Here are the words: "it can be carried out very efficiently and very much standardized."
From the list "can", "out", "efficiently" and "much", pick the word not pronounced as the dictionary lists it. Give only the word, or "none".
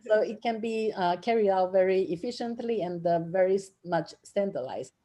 none